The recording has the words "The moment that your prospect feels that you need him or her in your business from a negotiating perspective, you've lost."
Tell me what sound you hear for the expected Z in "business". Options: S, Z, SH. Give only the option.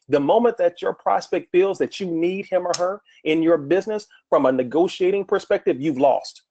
Z